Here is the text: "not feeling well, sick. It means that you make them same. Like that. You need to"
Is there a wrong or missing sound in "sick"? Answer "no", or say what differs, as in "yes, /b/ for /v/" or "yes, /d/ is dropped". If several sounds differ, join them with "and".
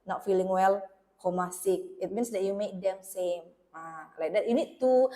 no